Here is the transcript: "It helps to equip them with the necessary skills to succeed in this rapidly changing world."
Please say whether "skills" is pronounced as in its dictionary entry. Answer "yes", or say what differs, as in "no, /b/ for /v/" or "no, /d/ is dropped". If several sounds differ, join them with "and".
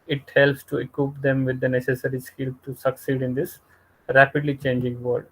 no, /z/ is dropped